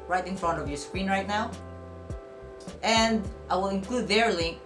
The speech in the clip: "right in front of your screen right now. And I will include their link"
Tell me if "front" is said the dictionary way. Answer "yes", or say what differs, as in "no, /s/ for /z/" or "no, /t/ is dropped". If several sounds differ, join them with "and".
yes